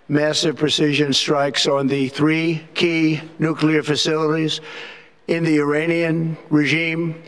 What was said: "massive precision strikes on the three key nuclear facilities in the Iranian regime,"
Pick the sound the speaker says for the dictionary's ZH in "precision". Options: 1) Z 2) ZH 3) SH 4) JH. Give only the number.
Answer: 2